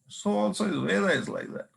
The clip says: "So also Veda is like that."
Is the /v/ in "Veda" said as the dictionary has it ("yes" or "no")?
no